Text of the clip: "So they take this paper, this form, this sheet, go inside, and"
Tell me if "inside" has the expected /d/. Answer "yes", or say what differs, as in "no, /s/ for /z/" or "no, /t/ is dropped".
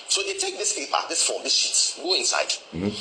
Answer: no, /d/ is dropped